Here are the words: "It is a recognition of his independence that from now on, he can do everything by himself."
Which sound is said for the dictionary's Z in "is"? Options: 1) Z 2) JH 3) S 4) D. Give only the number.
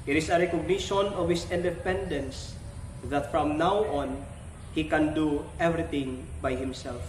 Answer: 3